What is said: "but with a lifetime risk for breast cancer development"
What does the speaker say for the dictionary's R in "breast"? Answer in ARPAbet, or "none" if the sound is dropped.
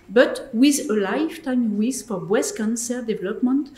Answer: W